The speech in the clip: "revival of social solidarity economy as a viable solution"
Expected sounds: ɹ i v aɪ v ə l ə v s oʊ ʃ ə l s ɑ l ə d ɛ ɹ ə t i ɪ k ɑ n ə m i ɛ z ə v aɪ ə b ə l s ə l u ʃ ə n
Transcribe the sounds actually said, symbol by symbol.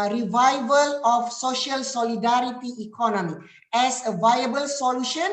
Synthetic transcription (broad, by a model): ɹ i v aɪ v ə l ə f s oʊ ʃ ə l s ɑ l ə d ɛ ɹ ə t i k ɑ n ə m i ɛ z ə v aɪ ə b ə l s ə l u ʃ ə n